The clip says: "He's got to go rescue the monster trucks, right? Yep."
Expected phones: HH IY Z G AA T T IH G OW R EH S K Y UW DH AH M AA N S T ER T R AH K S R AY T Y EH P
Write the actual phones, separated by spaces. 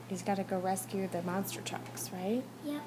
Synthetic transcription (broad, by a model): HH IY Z G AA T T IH G OW R EH S K Y UW DH AH M AA N S T ER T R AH K S R AY T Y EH